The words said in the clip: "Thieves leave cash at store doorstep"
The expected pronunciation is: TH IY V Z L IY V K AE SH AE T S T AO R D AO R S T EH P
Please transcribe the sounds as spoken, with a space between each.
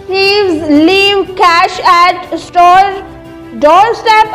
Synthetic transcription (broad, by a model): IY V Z L IY V K AE SH AE T S T AO R D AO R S T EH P